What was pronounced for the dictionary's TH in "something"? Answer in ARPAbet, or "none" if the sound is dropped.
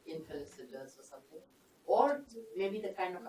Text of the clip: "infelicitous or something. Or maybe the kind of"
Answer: T